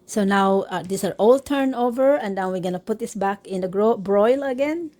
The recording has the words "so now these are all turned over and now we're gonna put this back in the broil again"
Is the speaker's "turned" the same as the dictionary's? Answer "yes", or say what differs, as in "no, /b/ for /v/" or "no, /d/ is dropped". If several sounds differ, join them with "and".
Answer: no, /d/ is dropped